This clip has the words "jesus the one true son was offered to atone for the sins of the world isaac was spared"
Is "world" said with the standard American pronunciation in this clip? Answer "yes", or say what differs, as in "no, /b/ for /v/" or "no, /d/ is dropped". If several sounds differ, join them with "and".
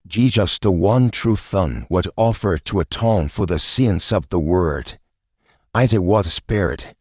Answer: no, /l/ is dropped